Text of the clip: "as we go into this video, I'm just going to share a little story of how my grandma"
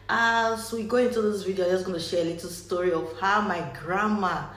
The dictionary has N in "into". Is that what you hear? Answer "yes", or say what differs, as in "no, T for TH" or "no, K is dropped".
yes